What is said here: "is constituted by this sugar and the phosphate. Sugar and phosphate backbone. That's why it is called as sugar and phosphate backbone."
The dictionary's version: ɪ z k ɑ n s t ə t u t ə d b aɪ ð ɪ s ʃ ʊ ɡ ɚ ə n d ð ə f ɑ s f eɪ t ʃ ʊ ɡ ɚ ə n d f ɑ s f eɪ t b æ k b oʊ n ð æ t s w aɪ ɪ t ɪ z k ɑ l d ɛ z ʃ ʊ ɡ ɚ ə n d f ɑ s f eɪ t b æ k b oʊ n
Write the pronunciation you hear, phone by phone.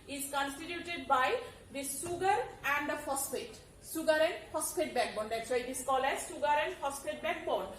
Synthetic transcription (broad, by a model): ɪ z k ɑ n s t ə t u t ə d b aɪ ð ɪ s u ɡ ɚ ə n d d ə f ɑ s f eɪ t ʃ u ɡ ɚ ə n d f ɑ s p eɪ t b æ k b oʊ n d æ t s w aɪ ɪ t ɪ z k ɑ l ɛ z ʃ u ɡ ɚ ə n d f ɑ s p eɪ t b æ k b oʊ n